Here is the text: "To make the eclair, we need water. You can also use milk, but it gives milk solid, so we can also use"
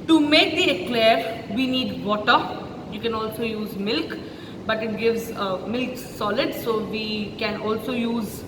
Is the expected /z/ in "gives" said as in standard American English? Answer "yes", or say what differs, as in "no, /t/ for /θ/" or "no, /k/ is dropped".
yes